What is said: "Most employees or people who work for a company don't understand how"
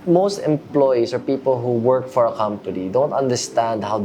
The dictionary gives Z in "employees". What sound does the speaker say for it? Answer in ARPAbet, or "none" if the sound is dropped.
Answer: S